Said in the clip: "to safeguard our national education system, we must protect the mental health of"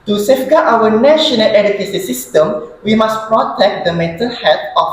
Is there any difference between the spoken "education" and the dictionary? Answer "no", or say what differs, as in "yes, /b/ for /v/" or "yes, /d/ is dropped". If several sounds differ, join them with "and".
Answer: yes, /s/ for /ʃ/